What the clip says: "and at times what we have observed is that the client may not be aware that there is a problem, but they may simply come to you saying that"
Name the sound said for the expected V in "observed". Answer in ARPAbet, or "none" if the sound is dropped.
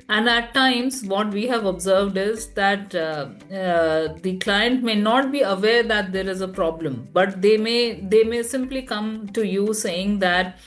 V